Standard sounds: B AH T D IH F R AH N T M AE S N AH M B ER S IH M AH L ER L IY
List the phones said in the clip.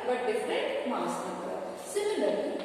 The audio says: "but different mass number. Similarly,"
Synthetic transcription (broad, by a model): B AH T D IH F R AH T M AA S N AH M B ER S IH M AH L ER L IY